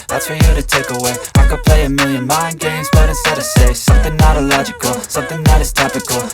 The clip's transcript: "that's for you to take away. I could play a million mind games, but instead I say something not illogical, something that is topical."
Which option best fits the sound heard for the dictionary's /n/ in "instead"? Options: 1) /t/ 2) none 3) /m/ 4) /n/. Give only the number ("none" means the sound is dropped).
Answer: 2